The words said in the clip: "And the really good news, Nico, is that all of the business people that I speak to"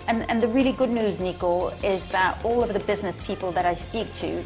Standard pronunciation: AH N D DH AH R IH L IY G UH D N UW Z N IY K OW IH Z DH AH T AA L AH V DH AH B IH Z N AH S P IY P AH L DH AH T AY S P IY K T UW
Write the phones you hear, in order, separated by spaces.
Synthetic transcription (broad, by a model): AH N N DH AH R IH L IY G UH D N UW Z N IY K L IH Z DH AH T AA L AH V DH AH B IH Z N AH S P IY P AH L DH AH T AY S P IY K T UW